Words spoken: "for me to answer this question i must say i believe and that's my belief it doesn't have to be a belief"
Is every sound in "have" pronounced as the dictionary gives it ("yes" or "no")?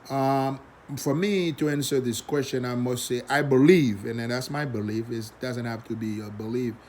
no